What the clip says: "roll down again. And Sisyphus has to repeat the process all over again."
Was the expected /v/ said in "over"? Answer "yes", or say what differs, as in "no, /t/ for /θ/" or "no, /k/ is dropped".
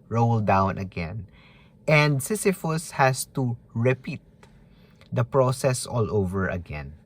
yes